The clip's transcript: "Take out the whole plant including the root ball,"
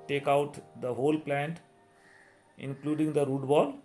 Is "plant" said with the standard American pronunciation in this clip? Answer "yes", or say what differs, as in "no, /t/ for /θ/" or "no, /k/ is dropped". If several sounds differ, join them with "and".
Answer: yes